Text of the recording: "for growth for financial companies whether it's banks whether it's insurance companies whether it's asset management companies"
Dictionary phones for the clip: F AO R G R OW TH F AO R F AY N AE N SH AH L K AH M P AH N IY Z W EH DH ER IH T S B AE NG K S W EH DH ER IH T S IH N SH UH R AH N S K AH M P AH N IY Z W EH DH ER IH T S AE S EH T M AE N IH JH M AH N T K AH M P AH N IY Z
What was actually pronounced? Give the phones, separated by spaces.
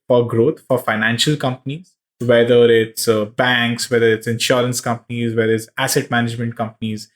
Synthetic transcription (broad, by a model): F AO R G R OW T F AO R F AY N AE N SH AH L K AH M P AH N IY Z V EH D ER IH T S B AE NG K S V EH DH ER IH T S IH N SH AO R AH N S K AH M P AH N IY Z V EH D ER IH T S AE S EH T M AE N IH JH M AH N T K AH M P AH N IY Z